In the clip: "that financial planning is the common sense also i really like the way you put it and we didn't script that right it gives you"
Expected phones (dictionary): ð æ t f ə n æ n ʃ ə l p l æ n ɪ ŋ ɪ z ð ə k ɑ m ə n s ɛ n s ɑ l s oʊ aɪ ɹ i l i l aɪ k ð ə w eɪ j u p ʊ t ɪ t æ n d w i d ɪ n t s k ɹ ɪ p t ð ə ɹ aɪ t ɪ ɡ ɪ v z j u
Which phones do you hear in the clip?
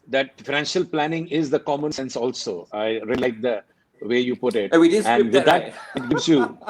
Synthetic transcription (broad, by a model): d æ t f ə n æ n ʃ ə l p l æ n ɪ ŋ ɪ z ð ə k ɑ m ə n s ɛ n s ɑ l s oʊ aɪ ɹ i l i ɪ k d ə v eɪ j u p ʊ t ɪ t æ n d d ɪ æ t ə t ɡ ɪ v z j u